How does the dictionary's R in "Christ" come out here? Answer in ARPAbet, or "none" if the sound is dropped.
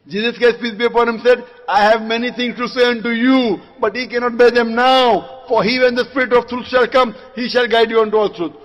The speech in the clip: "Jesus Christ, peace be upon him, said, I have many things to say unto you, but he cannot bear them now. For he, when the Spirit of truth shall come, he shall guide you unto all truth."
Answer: none